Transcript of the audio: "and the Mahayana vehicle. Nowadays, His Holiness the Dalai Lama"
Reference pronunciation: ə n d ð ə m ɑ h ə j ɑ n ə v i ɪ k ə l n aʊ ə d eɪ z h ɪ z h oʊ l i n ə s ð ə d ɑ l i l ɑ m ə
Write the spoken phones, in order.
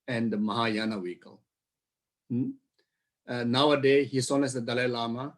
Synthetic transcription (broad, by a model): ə n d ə m ɑ h ə j ɑ n ə w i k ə l n aʊ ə d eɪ h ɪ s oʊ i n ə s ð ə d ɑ l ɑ l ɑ m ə